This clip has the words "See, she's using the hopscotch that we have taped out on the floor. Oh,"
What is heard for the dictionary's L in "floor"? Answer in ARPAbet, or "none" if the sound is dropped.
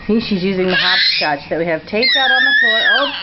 none